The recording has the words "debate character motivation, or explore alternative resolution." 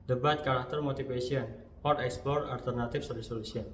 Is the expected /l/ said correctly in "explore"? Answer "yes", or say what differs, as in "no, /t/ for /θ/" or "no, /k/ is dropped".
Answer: yes